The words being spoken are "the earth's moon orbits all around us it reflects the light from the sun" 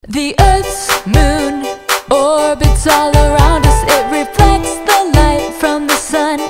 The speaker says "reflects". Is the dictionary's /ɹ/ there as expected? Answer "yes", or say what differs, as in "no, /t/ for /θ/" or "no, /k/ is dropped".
yes